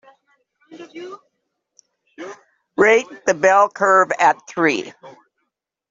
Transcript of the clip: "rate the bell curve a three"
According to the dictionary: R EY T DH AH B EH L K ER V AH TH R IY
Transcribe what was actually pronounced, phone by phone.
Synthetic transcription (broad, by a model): R EY T DH AH B EH L K ER V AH TH R IY